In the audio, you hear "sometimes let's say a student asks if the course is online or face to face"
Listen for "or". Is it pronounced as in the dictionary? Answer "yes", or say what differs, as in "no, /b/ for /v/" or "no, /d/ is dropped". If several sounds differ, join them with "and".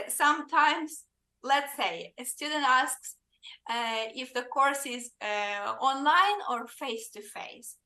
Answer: yes